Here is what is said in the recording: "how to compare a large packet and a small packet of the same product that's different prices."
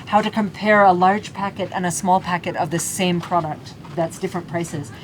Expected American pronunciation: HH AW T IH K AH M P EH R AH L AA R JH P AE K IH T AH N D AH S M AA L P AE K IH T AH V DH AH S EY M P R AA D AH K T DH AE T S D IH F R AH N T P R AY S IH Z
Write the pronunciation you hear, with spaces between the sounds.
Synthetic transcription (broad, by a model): HH AW T IH K AH M P EH R AH L AA R JH P AE K IH T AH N AH S M AA L P AE K IH T AH V DH AH S EY M P R AA D AH K T DH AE T S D IH F R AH N P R AY S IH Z